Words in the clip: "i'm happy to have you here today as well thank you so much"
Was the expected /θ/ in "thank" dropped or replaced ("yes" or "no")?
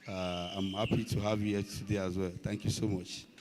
yes